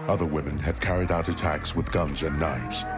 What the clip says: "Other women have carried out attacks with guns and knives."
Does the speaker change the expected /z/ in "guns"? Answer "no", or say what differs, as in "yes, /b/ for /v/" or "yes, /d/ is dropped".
no